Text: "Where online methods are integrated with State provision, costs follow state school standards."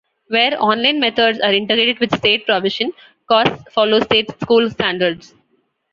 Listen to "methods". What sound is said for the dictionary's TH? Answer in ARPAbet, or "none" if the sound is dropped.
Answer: T